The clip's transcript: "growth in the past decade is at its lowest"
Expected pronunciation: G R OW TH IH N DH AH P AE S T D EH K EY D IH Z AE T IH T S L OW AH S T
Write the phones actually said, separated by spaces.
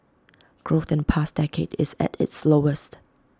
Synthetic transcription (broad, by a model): G R OW TH IH N P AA S D EH K EY D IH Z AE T IH T S L OW AH S T